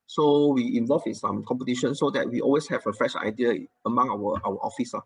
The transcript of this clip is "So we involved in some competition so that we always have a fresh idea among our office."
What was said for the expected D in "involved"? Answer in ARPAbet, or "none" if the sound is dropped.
none